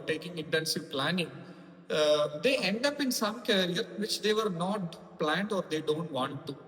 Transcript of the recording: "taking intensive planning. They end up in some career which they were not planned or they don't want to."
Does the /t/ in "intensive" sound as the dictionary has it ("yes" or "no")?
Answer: yes